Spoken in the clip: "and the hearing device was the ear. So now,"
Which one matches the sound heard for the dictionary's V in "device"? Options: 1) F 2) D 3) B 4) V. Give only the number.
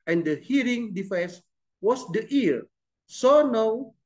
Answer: 1